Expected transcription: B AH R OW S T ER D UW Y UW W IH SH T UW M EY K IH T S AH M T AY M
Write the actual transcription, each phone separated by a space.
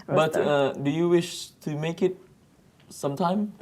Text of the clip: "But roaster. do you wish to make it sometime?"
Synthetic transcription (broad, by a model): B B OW T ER D UW Y UW W IH SH T UW M EY K IH T S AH M T AY M